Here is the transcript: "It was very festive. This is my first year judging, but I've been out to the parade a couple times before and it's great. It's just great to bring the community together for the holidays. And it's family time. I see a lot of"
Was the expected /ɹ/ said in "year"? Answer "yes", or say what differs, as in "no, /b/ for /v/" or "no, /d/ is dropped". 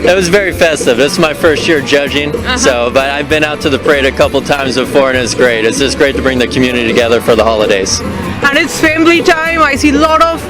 yes